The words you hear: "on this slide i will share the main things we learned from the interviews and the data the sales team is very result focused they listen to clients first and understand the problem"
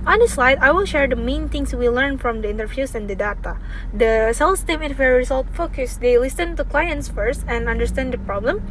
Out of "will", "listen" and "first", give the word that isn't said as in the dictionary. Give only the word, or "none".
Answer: none